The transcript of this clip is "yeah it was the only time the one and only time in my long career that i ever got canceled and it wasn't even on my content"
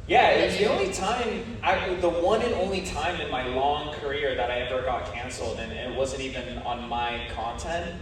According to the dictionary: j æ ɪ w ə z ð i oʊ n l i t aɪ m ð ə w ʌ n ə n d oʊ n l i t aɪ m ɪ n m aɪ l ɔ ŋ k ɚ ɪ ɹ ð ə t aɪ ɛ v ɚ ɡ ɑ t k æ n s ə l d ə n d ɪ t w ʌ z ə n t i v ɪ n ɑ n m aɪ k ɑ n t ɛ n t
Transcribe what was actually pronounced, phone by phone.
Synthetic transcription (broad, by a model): j æ ɪ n ð i oʊ n l i t aɪ m ð ə w ʌ n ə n oʊ n l i t aɪ m ɪ n m aɪ l ɔ ŋ k ɚ ɪ ɹ ð ə t aɪ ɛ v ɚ ɡ ɑ t k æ n s l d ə n ɪ t w ʌ z ə n t i v ɪ n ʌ n m aɪ k ɑ n t ɛ n t